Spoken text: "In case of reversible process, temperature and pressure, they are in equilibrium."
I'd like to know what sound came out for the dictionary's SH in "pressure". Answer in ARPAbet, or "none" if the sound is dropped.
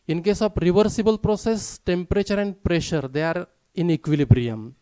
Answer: SH